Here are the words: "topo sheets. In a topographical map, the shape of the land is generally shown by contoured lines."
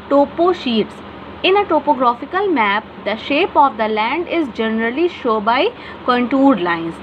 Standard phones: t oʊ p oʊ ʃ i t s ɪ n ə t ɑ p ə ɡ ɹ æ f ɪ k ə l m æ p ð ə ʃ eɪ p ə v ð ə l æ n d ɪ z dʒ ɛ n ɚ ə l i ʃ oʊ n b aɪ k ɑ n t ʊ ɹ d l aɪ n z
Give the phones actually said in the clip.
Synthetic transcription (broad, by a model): t oʊ p oʊ ʃ i t s ɪ n ə t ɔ p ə ɡ ɹ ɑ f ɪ k ə l m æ p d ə ʃ eɪ p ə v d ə l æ n d ɪ z dʒ ɛ n ɚ ə l i ʃ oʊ b aɪ k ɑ n t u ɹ d l aɪ n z